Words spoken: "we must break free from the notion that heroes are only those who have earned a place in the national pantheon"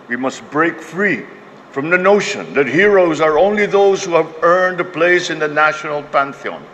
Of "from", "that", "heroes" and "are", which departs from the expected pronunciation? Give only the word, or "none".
none